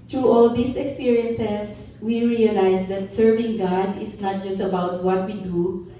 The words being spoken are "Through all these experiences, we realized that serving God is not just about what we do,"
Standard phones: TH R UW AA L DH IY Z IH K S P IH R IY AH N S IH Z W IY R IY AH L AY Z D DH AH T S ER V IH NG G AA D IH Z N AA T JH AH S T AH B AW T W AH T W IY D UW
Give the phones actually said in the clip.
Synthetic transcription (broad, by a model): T R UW AA L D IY S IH K S P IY R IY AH N S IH S W IY R IY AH L AY S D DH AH T S ER V IH NG G AA D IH S N AA T JH AH S T AH B AW T W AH T W IY D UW